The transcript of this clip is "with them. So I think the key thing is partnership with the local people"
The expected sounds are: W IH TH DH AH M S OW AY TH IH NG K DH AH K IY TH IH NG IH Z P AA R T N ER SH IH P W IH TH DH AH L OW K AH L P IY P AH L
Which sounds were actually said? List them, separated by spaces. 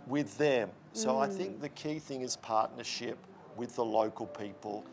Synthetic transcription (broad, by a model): W IH DH AH M S OW AY TH IH NG K DH AH K IY TH IH NG IH Z P AA R T N ER SH IH P W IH DH AH L OW K AH L P IY P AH L